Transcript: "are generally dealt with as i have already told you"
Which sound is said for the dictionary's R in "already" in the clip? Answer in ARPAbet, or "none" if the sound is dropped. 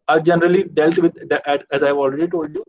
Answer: R